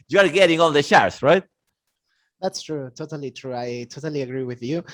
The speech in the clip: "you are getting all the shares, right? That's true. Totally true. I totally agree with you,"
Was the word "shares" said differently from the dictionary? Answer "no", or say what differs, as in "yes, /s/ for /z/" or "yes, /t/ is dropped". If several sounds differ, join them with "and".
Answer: yes, /s/ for /z/